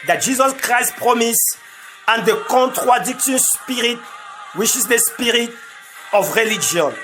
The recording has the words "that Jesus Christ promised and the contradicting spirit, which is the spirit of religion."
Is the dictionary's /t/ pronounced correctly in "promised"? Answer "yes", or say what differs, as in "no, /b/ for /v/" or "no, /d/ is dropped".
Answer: no, /t/ is dropped